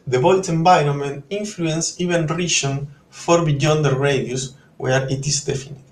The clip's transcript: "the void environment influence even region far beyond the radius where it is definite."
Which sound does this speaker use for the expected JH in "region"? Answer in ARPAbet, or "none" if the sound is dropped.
SH